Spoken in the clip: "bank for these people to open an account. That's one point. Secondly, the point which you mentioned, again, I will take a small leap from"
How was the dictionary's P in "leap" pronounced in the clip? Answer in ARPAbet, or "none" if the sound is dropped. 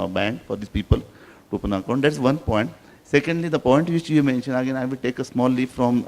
F